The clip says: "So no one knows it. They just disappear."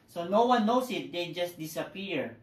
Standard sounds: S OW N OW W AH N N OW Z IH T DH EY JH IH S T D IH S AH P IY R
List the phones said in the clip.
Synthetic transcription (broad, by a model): S OW N OW W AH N N OW S IH T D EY JH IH S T D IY S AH P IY R